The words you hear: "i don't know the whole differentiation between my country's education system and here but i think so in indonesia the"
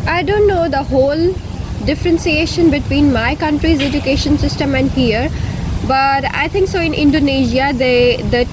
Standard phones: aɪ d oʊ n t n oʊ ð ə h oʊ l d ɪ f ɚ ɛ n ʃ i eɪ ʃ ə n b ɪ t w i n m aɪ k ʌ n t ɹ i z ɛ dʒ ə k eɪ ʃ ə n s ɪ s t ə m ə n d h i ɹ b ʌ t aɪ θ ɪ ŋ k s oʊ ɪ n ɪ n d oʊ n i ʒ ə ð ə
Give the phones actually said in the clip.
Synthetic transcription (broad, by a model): aɪ d oʊ n t n oʊ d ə h oʊ l d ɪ f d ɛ n s i eɪ ʃ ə n b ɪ t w i n m aɪ k ʌ n t ɹ i z ɛ dʒ ə k eɪ ʃ ə n s ɪ s t ə m ə n d h i ɹ b ʌ t aɪ t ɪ ŋ k s oʊ ɪ n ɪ n d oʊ n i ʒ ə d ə